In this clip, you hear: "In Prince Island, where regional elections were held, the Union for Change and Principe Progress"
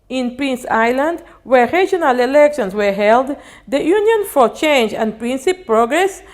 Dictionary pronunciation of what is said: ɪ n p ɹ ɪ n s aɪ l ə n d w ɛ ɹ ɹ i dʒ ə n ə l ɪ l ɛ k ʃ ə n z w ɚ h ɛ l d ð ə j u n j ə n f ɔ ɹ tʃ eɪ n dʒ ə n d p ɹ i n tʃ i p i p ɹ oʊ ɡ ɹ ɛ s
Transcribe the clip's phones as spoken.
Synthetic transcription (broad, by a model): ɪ n p ɹ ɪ n s aɪ l ə n d w ɛ ɹ ɹ i dʒ ə n ə l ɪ l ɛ k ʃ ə n s w ɚ h ɛ l d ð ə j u n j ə n f ɔ ɹ tʃ eɪ n dʒ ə n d p ɹ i n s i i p ɹ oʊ ɡ ɹ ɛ s